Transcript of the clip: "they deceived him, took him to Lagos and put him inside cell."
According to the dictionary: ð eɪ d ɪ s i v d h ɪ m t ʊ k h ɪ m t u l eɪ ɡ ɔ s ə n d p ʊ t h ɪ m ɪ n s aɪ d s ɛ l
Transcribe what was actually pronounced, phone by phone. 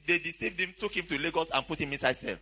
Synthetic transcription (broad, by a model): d eɪ d ɪ s i v d h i m t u k h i m t u l eɪ ɡ ɔ s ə n p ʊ t h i m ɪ n s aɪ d s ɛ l